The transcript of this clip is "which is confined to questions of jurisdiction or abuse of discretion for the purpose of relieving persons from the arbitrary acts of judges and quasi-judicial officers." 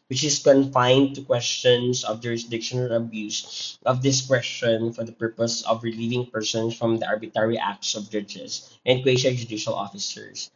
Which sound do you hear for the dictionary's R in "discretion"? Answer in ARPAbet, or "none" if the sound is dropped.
W